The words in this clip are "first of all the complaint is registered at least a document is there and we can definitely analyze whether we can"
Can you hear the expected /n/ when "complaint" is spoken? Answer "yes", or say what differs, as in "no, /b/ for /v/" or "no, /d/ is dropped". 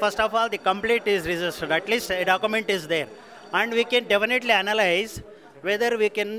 no, /n/ is dropped